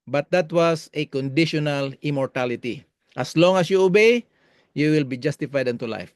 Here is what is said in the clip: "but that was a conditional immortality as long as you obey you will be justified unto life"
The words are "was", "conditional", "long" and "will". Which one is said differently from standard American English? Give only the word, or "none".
was